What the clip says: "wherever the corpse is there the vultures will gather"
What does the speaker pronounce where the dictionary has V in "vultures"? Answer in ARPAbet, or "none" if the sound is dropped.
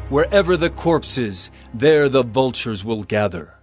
V